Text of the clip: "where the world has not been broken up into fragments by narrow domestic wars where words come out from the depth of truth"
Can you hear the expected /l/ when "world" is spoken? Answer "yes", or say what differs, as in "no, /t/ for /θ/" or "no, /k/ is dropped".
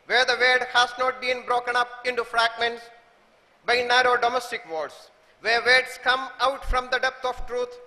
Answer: no, /l/ is dropped